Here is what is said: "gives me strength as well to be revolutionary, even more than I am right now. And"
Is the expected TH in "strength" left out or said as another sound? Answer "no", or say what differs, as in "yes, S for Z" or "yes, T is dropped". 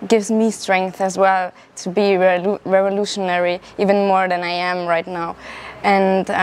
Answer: no